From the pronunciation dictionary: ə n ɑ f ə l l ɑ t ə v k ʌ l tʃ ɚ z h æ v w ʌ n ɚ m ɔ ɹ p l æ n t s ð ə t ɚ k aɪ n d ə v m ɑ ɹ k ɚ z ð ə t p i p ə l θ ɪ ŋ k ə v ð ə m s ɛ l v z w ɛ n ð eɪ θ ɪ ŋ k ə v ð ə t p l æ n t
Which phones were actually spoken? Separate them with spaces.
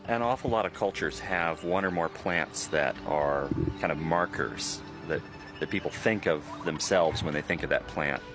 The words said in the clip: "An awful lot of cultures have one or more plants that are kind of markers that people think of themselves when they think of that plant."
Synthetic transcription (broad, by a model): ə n ɑ f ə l l ɑ t ə v k ʌ l tʃ ɚ z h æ v w ʌ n ɚ m ɔ ɹ p l æ n t s ð ə t ɚ k aɪ n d ə v m ɑ ɹ k ɚ z ð ə t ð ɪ p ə l θ ɪ ŋ k ə v ð ə m s ɛ l v z w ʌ n ð eɪ θ ɪ ŋ k ə v ð ə t p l æ n t